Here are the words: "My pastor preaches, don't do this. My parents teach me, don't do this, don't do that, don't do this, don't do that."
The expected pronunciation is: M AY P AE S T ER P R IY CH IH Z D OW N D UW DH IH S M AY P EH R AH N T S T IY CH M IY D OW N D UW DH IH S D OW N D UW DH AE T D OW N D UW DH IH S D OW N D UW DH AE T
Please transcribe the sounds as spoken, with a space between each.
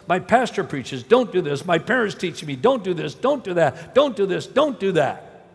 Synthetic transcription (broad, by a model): M AY P AE S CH ER P R IY CH IH Z D OW N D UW DH IH S M AY P EH R AH N T S T IY CH M IY D OW N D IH DH IH S D OW N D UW DH AE T D OW N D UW DH IH S D OW N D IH DH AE T